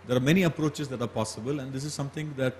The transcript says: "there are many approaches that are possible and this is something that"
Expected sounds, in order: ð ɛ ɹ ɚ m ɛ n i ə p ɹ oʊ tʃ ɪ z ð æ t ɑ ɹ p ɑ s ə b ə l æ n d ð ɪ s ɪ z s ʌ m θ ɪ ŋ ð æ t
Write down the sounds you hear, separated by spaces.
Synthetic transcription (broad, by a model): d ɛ ɹ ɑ m ɛ n i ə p ɹ oʊ tʃ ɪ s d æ t ɑ ɹ p ɑ s ə b ə l æ n d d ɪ s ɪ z s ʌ m t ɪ ŋ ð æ t